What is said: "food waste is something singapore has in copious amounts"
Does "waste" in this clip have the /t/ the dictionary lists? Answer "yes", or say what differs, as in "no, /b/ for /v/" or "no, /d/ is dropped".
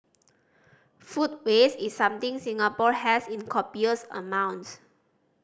no, /t/ is dropped